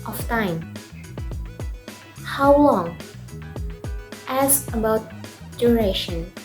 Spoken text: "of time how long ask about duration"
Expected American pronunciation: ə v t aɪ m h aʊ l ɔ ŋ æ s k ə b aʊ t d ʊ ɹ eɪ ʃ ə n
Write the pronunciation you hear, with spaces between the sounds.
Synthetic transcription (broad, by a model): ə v t aɪ m h aʊ l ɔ ŋ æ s ə b aʊ t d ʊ ɹ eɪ ʃ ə n